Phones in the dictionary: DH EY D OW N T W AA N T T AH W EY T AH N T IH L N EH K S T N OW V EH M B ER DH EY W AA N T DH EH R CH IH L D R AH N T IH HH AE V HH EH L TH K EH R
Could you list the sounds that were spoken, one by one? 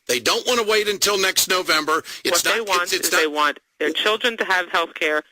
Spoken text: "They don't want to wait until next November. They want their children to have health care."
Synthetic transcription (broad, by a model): DH EY D OW N T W AA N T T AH W EY T AH N T IH L N EH K S T N OW V EH M B ER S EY W AA N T DH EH R CH IH L D R AH N T IH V HH EH L TH K EH R